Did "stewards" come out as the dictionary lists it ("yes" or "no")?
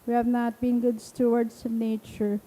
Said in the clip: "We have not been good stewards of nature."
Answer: no